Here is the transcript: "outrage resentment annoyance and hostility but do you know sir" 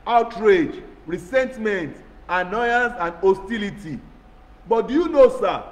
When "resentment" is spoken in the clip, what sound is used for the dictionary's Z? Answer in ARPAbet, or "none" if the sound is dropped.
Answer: S